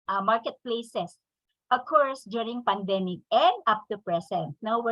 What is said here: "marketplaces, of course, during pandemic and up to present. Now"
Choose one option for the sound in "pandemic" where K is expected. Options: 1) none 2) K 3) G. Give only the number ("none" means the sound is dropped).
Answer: 2